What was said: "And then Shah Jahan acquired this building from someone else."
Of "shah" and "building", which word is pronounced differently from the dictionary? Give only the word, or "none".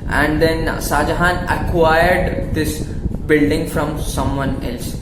shah